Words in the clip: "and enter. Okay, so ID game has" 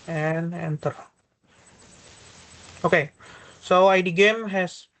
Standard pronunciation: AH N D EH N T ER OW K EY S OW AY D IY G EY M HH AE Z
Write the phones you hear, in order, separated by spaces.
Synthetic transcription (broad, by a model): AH N EH N T ER OW K EY S OW AY D IY G EY M HH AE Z